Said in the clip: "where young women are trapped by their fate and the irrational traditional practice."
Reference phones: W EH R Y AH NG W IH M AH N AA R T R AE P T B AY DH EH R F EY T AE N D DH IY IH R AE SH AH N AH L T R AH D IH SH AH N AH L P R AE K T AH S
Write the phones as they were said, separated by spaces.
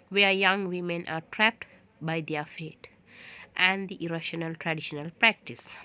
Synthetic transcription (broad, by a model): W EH R Y AH NG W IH M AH N AA R T R AE P T B AY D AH R F EY T AE N D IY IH R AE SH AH N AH L T R AH D IH SH AH N AH L P R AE K T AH S